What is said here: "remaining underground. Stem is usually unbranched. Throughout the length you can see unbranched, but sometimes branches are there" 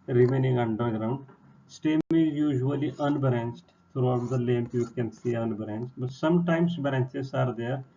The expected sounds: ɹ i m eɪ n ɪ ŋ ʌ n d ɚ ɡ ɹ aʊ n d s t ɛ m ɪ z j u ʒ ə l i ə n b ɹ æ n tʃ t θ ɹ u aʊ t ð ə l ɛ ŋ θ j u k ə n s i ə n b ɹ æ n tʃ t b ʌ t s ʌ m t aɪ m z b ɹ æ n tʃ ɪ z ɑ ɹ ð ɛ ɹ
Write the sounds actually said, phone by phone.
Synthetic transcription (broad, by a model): ɹ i m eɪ n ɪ ŋ ʌ n d ɚ ɡ ɹ aʊ n d s t ɛ m ɪ z j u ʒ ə l i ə n b ɹ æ n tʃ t t ɹ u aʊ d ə l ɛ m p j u k ə n s i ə n b ɹ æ n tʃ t b ʌ t s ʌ m t aɪ m s b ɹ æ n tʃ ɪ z ɑ ɹ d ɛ ɹ